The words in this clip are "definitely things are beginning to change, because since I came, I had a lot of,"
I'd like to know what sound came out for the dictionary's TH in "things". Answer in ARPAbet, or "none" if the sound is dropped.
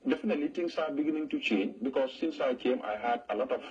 T